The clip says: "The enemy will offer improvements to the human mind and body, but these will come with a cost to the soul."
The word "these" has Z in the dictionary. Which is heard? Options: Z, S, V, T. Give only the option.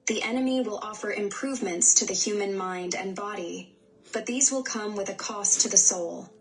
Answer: Z